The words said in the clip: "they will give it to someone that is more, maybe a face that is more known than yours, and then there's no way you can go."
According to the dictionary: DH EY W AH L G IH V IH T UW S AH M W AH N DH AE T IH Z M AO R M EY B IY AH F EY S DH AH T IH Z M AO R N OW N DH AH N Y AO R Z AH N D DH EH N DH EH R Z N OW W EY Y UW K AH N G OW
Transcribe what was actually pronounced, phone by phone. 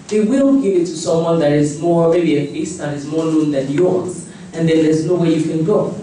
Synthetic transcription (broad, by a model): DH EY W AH N G IH V IH T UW S AH M W AH N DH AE T IH Z M AO R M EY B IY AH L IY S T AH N IH Z M AO R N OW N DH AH N Y AO R Z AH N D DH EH N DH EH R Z N OW W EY Y UW K AH N G OW